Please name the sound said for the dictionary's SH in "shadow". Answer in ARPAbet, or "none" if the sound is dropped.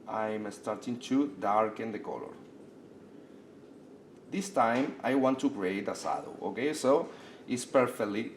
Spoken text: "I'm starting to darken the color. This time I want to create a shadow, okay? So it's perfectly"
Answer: S